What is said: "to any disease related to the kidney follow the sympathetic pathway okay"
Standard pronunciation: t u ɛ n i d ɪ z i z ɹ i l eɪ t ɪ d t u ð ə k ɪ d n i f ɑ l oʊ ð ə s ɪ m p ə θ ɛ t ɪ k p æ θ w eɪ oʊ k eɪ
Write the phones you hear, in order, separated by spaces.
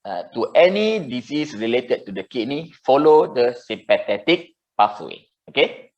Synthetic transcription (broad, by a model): t u ɛ n i d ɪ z i s ɹ i l eɪ t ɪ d t u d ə k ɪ n i f ɑ l oʊ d ə s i m p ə t ɛ t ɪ k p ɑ s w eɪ oʊ k eɪ